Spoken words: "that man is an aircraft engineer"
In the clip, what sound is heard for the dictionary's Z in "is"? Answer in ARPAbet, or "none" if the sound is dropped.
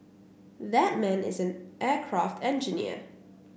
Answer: Z